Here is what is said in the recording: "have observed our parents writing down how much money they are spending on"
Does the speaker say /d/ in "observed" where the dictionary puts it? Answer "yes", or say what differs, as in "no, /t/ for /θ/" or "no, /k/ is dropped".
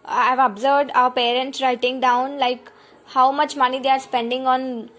yes